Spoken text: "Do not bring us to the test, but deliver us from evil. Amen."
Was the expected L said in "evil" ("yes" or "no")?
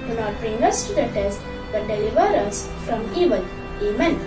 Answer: no